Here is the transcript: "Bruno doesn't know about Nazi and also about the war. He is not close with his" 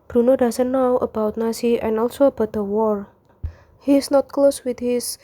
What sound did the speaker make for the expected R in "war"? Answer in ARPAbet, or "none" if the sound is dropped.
R